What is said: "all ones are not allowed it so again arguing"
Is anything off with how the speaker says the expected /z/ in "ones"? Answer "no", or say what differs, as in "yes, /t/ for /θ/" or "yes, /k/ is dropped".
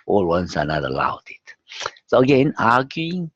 yes, /s/ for /z/